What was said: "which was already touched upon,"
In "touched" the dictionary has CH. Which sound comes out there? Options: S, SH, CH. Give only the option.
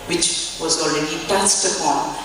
S